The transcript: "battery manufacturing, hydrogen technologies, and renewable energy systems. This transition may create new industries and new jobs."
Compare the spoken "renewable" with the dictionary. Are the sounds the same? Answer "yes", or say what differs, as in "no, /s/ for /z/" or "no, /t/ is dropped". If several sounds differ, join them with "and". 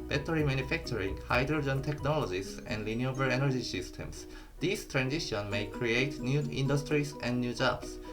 no, /l/ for /ɹ/